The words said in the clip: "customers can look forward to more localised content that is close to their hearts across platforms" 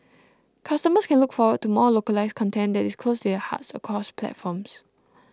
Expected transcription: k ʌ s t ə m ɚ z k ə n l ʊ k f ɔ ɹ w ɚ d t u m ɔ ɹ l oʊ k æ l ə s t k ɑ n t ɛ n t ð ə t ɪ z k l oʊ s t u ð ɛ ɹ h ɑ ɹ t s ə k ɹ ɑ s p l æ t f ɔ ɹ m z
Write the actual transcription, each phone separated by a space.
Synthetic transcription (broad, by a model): k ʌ s t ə m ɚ s k ə n l ʊ k f ɔ w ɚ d t u m ɔ l oʊ k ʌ l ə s k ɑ n t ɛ n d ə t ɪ s k l oʊ s t u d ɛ h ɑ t s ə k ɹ ɑ s p l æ t f ɔ m s